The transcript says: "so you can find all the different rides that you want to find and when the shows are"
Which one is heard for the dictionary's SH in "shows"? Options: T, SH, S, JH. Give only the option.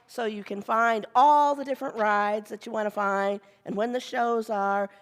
SH